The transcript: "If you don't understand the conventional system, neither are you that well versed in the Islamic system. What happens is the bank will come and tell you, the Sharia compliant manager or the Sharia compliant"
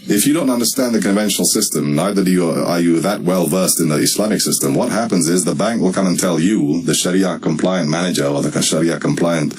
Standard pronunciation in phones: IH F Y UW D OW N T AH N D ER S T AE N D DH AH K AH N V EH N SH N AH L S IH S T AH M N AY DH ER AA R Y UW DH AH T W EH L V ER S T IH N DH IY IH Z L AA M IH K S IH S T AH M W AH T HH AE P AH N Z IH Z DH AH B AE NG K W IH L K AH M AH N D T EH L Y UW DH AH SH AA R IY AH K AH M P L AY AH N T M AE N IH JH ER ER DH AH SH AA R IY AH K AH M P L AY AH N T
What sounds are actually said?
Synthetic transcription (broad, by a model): IH F Y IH D OW N T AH N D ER S T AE N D DH AH K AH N V EH N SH N L S IH S T AH M N AY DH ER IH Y Y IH DH AH T W EH L V ER S T IH N DH IY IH S L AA M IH K S IH S T AH M W AH T HH AE P AH N Z IH Z DH AH B AE NG K W IH L K AH M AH N T EH L Y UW DH AH SH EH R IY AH K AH M P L AY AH N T M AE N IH JH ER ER DH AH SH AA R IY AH K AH M P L AY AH N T